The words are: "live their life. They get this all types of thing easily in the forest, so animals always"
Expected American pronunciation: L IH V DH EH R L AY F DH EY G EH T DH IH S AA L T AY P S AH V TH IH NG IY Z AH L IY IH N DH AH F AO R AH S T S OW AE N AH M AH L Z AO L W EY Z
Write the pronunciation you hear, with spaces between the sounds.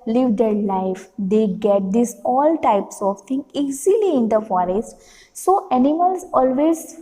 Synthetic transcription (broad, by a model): L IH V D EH R L AY F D EY G EH T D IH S AA L T AY P S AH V T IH NG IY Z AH L IY IH N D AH F AO R AH S T S OW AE N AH M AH L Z AO L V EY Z